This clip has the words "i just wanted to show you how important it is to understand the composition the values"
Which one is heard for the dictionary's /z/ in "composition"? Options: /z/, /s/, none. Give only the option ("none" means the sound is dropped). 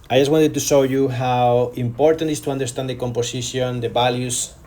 /s/